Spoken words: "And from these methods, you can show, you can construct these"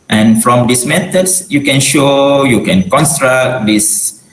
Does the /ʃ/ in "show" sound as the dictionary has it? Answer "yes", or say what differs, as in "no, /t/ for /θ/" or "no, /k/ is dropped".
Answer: yes